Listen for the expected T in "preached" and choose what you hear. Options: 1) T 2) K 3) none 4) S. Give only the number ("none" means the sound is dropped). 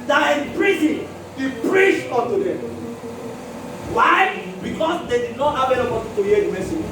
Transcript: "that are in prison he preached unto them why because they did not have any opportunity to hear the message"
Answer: 3